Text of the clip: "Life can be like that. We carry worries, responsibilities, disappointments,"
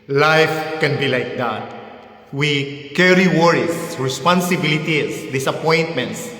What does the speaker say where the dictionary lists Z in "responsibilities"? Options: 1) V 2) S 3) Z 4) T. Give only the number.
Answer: 2